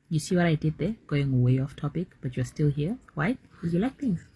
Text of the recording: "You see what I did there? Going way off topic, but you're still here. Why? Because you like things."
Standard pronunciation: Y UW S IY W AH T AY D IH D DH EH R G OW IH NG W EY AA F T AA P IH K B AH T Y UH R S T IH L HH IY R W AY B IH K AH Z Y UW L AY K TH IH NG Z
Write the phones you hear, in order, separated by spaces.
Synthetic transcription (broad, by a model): Y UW S IY W AH T AY D IH D DH EH R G OW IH NG W EY AA F T AA P IH K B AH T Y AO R S T IH L HH IY R W AY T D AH Y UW L AY K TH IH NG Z